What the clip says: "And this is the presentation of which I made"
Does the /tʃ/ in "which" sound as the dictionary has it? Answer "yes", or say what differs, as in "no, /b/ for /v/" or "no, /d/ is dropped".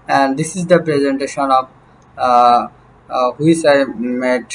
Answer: no, /s/ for /tʃ/